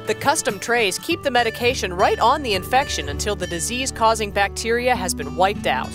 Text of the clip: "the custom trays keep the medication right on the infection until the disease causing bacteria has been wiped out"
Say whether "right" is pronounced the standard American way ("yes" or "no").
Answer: yes